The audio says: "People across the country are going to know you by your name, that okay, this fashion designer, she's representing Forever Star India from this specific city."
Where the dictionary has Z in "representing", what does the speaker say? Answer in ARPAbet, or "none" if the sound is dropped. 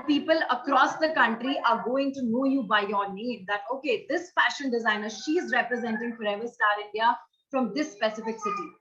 Z